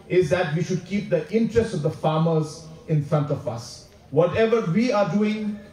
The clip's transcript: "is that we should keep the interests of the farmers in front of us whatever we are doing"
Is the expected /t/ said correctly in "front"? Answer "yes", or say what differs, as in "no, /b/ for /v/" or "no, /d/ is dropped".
yes